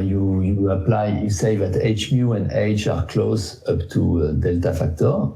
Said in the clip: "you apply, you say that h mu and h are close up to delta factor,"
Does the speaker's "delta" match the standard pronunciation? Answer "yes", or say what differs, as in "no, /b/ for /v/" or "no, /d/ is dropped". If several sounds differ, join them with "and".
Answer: yes